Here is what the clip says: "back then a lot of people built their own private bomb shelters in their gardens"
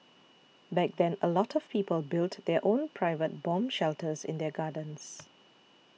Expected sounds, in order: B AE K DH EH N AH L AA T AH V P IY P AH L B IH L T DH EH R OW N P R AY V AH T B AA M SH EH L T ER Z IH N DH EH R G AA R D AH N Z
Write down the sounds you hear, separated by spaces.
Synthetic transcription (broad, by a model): B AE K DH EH N AH L AA T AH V P IY P AH L B IH L T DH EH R OW N P R AY V AH T B AA M SH EH L T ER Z IH N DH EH G AA D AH N S